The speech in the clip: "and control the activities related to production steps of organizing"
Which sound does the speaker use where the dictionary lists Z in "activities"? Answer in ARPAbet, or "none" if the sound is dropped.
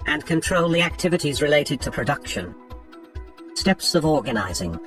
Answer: Z